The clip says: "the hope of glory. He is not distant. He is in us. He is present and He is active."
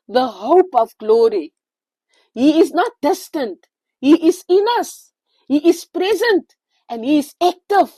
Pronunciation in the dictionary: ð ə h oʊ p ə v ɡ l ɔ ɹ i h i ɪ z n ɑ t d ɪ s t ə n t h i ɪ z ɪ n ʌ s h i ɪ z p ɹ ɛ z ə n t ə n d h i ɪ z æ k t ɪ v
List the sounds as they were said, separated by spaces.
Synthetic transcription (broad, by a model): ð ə h oʊ p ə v ɡ l ɔ ɹ i h i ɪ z n ɑ t d ɪ s t ə n t h i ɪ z ɪ n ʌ s h i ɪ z p ɹ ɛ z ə n t ə n d h i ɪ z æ k t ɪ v